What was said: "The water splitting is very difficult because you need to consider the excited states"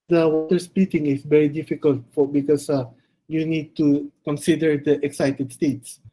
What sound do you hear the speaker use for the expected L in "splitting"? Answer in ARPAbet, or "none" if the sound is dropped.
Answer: none